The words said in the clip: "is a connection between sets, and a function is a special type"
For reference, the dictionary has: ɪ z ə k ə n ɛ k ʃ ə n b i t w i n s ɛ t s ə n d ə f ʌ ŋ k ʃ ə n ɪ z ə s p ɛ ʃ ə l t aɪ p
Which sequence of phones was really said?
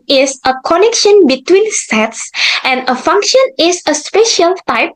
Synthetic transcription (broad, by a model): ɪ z ə k ə n ɛ k ʃ ə n b i t w i n s ɛ t s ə n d ə f ʌ ŋ k ʃ ə n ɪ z ə s p ɛ ʃ ə l t aɪ p